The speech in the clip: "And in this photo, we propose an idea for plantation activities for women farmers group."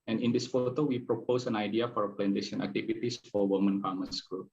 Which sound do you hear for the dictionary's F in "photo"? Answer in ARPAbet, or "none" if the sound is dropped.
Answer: F